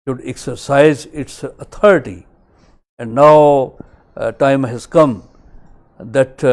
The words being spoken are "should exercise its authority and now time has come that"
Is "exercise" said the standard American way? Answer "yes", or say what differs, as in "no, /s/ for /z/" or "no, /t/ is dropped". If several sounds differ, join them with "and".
yes